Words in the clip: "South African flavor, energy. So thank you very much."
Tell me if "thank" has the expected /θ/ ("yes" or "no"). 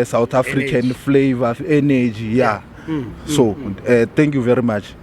no